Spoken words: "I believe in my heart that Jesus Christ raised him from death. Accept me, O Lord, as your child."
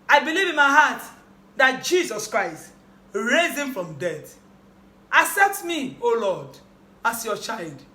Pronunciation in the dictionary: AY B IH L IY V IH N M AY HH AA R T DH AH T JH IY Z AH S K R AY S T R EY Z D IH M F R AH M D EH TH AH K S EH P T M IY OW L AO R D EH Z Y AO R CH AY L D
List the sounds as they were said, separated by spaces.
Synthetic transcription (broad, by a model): AY B IH L IY V IH N M AY HH AA T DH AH T JH IY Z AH S K R AY S T R EY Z IH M F R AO M D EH T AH S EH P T M IY OW L AO D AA S Y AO CH AY L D